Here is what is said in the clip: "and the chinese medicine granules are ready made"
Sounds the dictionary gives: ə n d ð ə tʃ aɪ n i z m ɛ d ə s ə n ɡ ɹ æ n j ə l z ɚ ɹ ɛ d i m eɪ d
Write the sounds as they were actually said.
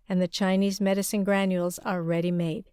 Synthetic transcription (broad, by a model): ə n ð ə tʃ aɪ n i z m ɛ d ə s ə n ɡ ɹ æ n j ə l z ɚ ɹ ɛ d i m eɪ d